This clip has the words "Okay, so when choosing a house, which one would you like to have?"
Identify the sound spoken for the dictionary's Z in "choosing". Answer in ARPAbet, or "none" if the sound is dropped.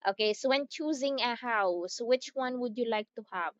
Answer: Z